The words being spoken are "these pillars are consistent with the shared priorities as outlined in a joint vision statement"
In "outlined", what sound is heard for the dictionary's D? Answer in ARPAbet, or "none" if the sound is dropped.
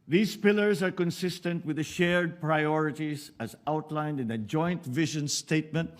D